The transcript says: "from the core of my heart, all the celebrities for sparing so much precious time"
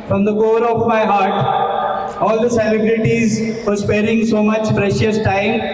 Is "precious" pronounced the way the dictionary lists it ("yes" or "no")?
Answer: yes